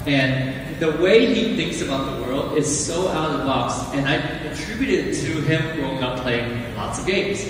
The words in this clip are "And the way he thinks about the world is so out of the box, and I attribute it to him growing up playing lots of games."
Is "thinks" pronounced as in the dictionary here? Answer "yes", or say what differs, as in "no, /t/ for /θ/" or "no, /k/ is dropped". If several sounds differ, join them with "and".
yes